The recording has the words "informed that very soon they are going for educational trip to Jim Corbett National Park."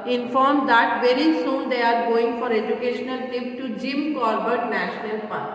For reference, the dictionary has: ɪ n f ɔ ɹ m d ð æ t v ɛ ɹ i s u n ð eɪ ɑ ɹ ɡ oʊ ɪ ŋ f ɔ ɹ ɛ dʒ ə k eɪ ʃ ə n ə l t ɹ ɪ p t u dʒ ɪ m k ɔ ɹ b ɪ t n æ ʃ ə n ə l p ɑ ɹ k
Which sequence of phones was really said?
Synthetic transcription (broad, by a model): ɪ n f ɔ ɹ m d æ t v ɛ ɹ i s u n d eɪ ɑ ɹ ɡ oʊ ɪ ŋ f ɔ ɹ ɛ dʒ ə k eɪ ʃ ə n ə l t ɪ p t u dʒ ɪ m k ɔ ɹ b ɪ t n æ ʃ ə n ə l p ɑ ɹ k